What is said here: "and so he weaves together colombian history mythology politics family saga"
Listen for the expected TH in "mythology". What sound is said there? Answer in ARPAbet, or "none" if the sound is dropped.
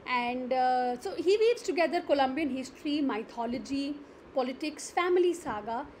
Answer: T